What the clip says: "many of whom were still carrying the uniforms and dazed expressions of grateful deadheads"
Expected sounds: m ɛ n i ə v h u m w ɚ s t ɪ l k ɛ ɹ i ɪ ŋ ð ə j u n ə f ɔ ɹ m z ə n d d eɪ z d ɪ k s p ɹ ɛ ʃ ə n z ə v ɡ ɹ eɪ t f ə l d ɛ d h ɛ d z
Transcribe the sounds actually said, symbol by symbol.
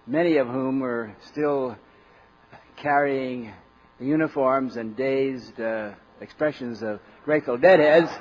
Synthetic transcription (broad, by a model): m ɛ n i ə v h u m w ɚ s t ɪ l k ɛ ɹ i ɪ ŋ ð j u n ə f ɔ ɹ m z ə n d d eɪ z d ɪ k s p ɹ ɛ ʃ ə n z ə v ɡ ɹ eɪ t f l d ɛ d h ɛ d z